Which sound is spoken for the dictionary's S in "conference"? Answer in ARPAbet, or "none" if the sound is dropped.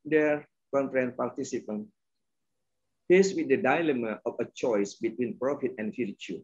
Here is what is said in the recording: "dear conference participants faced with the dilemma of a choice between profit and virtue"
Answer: none